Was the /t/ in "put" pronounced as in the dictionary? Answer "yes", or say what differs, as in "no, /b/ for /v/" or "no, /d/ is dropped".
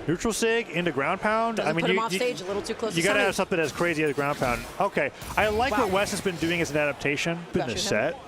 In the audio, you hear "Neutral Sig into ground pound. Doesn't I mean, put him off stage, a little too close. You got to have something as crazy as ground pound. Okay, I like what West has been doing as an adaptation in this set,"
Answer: no, /t/ is dropped